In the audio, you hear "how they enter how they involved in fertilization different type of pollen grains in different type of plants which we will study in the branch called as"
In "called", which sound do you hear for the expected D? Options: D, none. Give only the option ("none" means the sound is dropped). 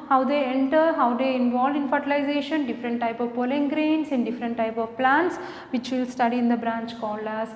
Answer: none